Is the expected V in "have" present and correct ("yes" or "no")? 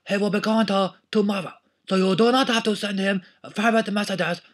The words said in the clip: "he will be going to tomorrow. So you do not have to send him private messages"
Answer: no